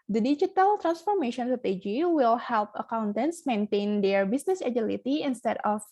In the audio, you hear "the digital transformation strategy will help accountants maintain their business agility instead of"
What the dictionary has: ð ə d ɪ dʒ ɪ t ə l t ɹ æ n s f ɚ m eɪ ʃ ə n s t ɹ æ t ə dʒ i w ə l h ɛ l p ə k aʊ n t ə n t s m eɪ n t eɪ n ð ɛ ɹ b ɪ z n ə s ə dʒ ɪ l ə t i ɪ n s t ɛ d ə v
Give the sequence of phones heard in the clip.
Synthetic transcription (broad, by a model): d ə d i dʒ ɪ t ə l t ɹ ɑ n s f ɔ m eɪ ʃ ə n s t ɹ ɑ t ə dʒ i w ə l h ɛ l p ə k aʊ n t ə n t s m eɪ n t eɪ n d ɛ ɹ b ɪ s n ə s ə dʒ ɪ l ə t i ɪ n s t ɛ d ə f